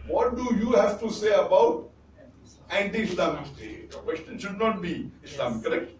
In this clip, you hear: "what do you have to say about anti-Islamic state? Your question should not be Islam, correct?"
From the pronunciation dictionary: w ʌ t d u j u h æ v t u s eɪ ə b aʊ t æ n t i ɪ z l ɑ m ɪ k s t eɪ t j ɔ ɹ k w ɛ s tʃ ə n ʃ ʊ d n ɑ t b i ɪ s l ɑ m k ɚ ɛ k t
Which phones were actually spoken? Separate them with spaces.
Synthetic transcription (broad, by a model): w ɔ t d u j u h æ v t u s eɪ ə b aʊ t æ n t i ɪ s l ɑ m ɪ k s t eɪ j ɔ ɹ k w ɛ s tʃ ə n ʃ ʊ d n ɑ t b i ɪ s l ɑ m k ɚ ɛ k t